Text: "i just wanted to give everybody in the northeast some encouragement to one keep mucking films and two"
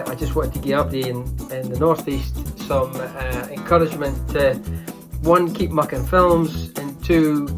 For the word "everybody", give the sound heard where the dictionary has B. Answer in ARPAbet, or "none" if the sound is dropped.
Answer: none